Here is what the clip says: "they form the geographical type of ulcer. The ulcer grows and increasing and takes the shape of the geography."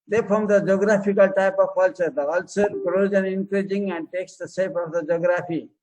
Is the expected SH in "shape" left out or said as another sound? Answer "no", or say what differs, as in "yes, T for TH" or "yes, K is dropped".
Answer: yes, S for SH